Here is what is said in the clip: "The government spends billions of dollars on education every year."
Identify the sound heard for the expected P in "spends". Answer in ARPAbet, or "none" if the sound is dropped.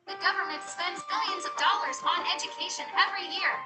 P